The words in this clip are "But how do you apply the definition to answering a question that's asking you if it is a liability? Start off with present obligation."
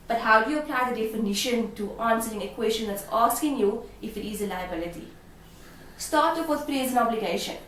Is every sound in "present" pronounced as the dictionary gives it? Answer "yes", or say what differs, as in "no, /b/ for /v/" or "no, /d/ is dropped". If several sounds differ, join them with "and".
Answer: no, /t/ is dropped